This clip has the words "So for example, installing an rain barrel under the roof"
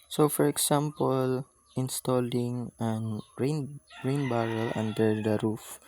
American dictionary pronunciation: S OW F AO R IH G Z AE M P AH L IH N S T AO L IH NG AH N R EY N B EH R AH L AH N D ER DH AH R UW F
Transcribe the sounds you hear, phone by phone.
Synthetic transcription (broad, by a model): S OW F AO R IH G S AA M P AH L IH N S T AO L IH NG AH N R EY N B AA R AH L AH N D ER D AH R UW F